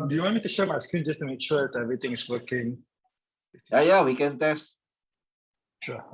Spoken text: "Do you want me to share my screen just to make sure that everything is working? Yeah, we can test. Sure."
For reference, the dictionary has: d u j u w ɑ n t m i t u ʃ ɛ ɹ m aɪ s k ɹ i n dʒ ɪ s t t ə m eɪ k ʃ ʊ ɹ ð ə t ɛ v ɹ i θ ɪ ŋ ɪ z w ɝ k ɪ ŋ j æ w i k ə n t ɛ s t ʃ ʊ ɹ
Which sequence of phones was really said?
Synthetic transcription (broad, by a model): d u j u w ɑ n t m i t u ʃ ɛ m aɪ s k ɹ i n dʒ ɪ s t t ə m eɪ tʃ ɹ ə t ɛ v ɹ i t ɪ ŋ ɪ s w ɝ k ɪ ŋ j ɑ w i k ə n t ɛ s t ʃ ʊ